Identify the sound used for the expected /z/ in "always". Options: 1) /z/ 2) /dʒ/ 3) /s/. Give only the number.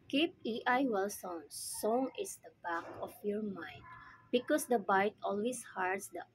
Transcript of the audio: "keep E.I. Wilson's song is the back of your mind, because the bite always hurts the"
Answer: 3